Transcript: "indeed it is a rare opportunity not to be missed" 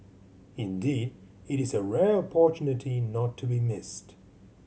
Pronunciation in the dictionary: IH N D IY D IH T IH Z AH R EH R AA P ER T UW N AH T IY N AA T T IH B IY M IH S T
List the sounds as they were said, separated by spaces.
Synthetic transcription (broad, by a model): IH N D IY D IH T IH Z AH R EH R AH P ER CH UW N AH T IY N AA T T IH B IY M IH S T